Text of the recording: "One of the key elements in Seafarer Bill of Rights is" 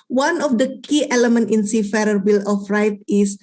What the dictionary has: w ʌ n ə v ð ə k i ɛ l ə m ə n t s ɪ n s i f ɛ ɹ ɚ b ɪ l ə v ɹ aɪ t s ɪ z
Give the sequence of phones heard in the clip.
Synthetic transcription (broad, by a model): w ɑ n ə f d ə k i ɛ l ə m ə n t ɪ n s i f ɛ ɹ ɚ b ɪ l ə f ɹ aɪ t ɪ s